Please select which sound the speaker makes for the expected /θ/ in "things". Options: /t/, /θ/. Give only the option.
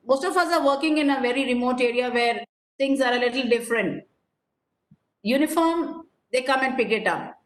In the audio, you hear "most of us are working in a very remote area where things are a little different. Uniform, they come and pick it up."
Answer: /t/